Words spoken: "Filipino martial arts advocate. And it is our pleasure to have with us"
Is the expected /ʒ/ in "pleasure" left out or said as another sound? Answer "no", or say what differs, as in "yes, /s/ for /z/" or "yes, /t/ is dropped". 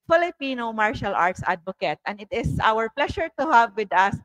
yes, /ʃ/ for /ʒ/